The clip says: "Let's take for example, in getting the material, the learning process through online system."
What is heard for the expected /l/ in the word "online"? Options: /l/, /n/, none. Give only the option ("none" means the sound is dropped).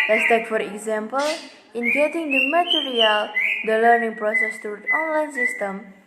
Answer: /l/